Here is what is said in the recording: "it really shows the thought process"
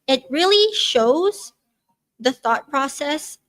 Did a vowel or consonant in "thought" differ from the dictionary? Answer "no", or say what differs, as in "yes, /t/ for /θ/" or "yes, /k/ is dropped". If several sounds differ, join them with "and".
no